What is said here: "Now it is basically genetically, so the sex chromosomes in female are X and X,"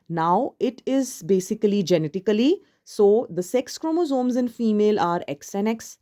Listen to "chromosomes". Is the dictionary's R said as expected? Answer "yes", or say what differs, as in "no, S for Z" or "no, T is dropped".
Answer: yes